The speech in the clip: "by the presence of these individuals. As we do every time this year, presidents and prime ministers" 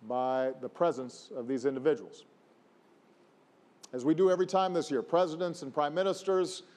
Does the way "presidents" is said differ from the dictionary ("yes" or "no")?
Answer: no